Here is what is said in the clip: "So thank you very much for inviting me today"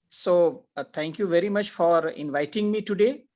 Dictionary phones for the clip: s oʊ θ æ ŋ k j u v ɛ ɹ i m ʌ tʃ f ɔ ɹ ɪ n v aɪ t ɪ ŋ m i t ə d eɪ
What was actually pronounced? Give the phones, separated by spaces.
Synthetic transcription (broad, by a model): s oʊ t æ ŋ k j u v ɛ ɹ i m ʌ tʃ f ɔ ɹ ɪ n v aɪ t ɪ ŋ m i t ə d eɪ